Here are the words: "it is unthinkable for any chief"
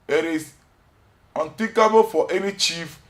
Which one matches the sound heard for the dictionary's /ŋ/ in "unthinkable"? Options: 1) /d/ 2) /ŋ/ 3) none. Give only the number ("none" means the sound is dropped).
3